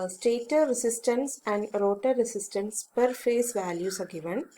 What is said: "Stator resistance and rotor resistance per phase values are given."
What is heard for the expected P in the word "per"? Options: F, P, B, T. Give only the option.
P